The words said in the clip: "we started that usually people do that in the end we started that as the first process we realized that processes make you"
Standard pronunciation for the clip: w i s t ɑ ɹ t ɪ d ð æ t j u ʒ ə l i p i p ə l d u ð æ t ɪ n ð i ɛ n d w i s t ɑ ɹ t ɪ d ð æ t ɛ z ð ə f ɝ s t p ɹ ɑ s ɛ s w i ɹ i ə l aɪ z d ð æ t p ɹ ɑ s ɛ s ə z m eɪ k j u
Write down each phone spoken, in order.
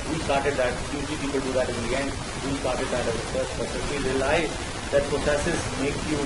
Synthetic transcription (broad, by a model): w i s t ɑ ɹ t ɪ d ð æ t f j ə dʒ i p i p ə l d u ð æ t ɪ n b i ɛ n d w i s t ɑ ɹ t ɪ d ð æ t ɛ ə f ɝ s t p ɑ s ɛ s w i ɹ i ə l aɪ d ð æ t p ɹ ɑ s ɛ s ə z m eɪ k j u